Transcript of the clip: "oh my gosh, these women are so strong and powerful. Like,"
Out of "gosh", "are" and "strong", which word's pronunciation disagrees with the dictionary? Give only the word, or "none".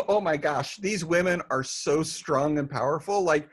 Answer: none